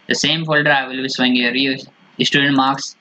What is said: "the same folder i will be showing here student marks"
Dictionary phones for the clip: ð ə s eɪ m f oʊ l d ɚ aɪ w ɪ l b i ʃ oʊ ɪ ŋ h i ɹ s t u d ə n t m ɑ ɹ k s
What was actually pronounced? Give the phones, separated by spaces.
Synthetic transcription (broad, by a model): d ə s eɪ m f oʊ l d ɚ aɪ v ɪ l b i s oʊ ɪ ŋ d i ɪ s t u d ə n t m ɑ ɹ k s